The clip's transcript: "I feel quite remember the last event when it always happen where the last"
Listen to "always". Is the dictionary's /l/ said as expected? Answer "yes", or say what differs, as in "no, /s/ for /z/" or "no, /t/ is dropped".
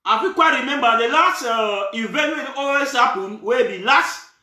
no, /l/ is dropped